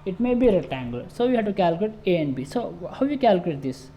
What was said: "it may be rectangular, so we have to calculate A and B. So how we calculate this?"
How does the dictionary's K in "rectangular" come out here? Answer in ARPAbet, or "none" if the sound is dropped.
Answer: none